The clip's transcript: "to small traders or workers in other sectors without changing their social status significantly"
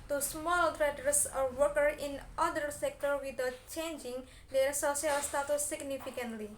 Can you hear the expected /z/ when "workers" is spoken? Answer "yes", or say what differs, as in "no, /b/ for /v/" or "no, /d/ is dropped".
no, /z/ is dropped